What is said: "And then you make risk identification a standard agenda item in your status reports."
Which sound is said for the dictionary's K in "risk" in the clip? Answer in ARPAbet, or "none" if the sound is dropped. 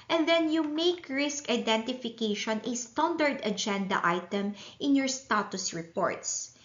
K